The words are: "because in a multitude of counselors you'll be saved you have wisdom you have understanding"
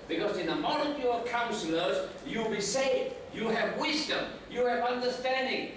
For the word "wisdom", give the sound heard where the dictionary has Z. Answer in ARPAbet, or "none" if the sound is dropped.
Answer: Z